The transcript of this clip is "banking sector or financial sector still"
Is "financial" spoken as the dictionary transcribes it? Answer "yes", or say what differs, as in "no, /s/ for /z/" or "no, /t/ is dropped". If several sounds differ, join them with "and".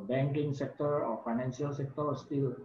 no, /s/ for /ʃ/